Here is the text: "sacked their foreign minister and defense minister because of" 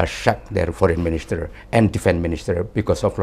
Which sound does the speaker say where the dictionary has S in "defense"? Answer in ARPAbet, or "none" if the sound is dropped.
none